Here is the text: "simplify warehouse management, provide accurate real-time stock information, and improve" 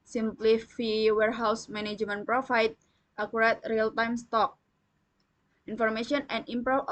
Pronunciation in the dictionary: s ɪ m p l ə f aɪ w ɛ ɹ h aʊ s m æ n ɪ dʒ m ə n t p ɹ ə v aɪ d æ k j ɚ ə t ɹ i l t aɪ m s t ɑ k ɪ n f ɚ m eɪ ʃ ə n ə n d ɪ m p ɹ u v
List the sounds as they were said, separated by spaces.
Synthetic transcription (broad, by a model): s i m p l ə f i w ɛ ɹ h aʊ s m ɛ n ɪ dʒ m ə n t p ɹ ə f aɪ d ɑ k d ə t ɹ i l t aɪ m s t ɑ k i n f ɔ m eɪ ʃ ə n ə n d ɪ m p ɹ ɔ